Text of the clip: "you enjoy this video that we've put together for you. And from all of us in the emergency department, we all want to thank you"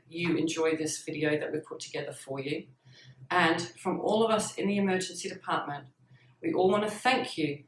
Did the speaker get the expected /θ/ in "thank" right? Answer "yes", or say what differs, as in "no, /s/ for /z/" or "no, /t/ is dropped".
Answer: yes